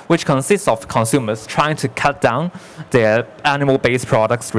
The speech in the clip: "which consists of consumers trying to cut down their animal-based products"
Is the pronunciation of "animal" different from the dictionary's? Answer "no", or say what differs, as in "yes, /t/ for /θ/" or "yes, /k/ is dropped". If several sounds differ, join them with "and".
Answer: yes, /m/ is dropped